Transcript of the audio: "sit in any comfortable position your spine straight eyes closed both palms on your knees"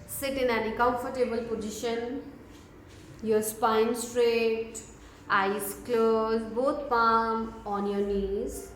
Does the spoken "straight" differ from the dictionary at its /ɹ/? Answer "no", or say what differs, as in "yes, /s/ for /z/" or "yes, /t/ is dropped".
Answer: no